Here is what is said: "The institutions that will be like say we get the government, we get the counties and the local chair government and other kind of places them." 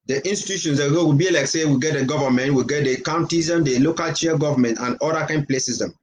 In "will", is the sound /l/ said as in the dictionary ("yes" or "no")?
no